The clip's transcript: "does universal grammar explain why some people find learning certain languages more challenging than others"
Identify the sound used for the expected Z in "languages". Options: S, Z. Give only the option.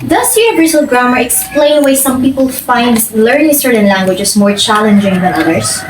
S